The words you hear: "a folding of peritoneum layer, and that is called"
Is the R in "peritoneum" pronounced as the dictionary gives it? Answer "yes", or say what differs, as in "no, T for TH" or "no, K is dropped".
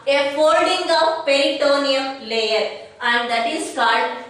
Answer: no, L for R